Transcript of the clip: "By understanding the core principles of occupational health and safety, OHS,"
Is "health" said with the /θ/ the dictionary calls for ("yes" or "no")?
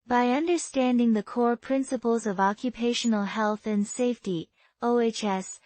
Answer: yes